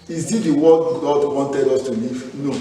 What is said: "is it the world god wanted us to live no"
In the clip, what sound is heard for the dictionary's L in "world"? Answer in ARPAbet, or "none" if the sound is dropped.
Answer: none